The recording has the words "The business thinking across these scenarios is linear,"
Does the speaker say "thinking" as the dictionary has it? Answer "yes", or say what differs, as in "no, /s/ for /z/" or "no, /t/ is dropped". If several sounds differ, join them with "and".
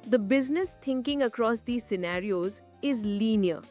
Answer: no, /t/ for /θ/